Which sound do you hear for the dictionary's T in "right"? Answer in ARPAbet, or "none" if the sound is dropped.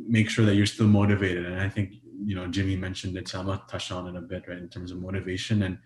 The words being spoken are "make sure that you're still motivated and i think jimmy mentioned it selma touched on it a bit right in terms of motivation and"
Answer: none